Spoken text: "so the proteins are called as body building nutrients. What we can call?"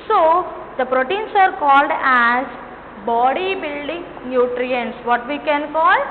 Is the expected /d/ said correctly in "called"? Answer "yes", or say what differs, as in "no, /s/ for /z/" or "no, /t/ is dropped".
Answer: yes